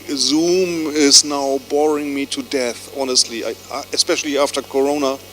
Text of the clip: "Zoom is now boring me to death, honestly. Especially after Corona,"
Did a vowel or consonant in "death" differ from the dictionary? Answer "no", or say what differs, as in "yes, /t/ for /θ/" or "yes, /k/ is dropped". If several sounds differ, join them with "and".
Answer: no